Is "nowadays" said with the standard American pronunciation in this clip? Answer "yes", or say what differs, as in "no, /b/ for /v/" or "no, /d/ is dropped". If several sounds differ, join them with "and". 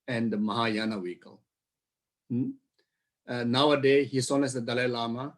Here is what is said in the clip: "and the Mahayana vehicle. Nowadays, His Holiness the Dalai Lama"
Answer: no, /z/ is dropped